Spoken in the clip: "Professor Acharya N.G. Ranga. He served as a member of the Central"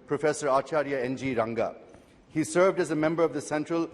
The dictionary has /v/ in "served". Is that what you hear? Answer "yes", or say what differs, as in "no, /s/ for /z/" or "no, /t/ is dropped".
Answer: yes